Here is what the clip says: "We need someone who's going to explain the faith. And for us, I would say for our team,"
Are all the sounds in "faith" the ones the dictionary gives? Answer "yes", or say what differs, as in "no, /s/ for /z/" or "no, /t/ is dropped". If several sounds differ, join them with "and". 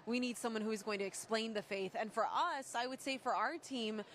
yes